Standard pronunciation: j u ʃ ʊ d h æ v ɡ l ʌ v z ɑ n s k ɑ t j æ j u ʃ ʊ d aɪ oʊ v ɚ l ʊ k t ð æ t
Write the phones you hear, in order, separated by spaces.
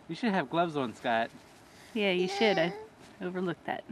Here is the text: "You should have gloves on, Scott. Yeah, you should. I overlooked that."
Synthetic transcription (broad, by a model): j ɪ ʃ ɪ d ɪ v ɡ l ʌ v z n s k ɑ t j æ j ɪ ʃ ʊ d aɪ oʊ v ɚ l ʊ k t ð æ t